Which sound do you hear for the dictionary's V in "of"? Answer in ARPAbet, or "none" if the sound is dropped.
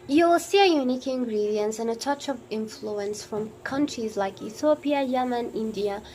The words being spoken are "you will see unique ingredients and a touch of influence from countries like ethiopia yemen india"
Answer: V